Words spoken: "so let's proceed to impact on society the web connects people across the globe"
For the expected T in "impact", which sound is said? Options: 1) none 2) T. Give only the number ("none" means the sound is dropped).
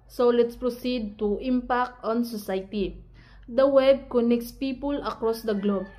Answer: 2